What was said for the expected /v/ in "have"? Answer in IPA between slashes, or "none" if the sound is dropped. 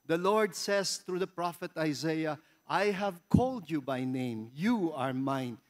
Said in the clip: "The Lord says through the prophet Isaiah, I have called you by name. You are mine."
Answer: /v/